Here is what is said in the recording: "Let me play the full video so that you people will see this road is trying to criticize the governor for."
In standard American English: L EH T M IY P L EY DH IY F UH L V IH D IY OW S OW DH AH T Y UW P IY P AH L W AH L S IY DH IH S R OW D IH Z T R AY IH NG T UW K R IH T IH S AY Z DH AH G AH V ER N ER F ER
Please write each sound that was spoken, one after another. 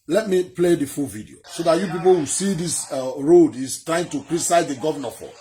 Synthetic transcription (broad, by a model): L EH T M IY P L EY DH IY F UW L V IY D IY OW S OW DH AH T Y UW P IY P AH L W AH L S IY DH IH S R OW D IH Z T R AY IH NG T UW K R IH T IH S AY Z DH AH G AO V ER N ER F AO